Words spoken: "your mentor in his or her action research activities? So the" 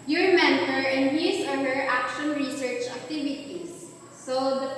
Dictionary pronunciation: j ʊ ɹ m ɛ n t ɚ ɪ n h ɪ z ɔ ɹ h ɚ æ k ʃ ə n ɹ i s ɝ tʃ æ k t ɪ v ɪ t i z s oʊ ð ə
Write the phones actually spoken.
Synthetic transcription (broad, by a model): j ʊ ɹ m ɛ n t ɚ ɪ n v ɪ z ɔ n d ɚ æ k ʃ ə n ɹ i s ɝ tʃ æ k t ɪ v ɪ t i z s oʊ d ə